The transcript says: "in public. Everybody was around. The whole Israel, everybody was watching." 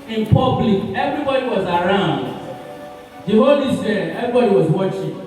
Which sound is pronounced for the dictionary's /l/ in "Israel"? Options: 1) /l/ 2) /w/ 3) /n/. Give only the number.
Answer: 3